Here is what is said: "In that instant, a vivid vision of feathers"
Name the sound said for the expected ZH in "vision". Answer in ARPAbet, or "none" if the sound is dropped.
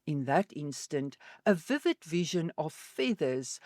ZH